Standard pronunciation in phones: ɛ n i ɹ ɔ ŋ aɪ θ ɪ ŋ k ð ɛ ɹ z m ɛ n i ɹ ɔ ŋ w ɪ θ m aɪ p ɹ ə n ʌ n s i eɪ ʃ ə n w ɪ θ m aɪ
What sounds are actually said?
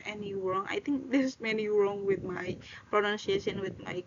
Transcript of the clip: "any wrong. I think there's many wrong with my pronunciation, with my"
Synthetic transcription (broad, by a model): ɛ n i ɹ ɔ ŋ aɪ t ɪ ŋ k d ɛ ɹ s m ɛ n i ɹ ɔ ŋ w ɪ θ m aɪ p ɹ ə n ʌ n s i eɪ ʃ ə n w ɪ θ m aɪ